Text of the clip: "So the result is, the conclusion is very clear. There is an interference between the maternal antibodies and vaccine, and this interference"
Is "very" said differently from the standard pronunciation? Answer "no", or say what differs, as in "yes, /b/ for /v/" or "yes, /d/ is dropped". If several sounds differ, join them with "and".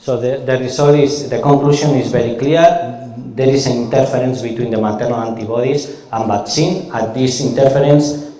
yes, /b/ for /v/